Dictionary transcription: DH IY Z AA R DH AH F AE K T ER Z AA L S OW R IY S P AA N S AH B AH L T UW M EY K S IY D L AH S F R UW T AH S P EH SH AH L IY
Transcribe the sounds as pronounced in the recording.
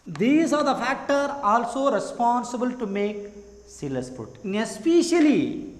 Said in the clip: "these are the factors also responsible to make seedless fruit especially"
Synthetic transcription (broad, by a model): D IY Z AA R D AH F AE K T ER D AA L S OW R IY S P AA N S AH B AH L T UW M EY K S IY L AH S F UW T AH S P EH SH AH L IY